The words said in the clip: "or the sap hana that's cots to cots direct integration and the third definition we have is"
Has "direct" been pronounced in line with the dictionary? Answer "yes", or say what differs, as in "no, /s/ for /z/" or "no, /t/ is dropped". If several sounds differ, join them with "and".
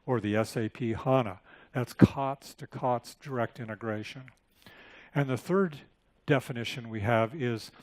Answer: yes